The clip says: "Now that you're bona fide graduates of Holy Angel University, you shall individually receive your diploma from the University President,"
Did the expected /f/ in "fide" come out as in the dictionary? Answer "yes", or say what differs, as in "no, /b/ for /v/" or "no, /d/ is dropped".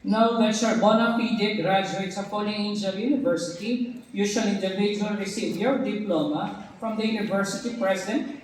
no, /p/ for /f/